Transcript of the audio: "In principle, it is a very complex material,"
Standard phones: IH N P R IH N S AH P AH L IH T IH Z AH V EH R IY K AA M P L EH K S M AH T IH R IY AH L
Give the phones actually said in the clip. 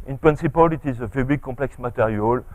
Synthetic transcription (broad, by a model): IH N P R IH N S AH P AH L IH T IH Z AH V EH R IY K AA P L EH K S M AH T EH R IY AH L